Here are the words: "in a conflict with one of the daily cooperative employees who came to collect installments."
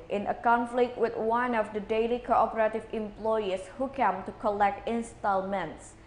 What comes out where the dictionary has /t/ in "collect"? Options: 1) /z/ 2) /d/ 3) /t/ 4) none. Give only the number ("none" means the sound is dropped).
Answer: 3